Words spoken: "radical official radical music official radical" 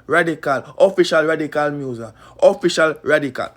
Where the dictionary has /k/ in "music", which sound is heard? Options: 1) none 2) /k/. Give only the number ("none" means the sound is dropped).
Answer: 1